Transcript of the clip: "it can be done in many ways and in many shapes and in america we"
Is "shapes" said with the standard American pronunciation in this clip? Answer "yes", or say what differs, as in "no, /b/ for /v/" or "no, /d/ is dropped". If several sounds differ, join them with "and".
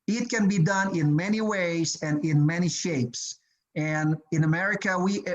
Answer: yes